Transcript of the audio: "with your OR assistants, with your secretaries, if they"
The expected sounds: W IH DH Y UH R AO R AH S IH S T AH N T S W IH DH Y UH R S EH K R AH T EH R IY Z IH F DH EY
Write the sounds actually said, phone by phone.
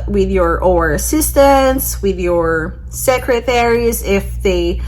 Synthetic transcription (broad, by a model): W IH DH Y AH R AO R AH S IH S T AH N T S W IH DH Y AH R S EH K R AH T EH R IY Z IH F DH EY